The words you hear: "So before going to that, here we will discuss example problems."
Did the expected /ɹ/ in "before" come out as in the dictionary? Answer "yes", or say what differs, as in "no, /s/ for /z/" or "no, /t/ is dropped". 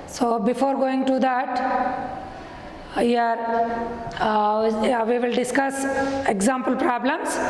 yes